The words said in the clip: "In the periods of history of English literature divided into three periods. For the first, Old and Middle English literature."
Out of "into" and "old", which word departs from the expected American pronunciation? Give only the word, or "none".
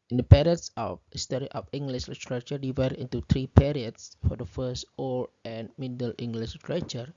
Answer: old